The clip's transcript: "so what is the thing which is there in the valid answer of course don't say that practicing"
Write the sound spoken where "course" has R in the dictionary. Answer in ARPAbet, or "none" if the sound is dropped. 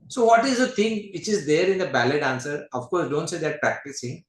R